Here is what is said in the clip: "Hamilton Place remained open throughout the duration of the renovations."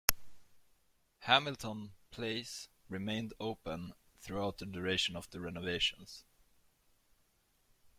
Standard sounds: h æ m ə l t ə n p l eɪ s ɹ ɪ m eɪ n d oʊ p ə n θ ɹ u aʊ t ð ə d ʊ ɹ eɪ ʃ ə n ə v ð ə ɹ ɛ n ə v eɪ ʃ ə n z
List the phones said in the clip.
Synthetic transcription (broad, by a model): h æ m ə l t ə n p l eɪ s ɹ ɪ m eɪ n d oʊ p ə n θ ɹ u aʊ t ð ə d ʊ ɹ eɪ ʃ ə n ə v ð ə ɹ ɛ n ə v eɪ ʃ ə n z